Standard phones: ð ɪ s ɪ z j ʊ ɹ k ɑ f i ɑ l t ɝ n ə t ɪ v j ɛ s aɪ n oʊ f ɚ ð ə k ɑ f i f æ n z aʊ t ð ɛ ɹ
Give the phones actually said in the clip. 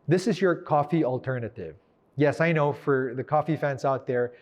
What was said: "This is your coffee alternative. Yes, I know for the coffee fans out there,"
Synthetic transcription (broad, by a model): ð ɪ s ɪ z j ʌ ɹ k ɑ f i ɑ l t ɝ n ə t ɪ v j ɛ s aɪ n oʊ f ɚ ð ə k ɑ f i f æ n s aʊ t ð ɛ ɹ